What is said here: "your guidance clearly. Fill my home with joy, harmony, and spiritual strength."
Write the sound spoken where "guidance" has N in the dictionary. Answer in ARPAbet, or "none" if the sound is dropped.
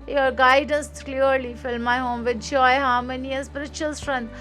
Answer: N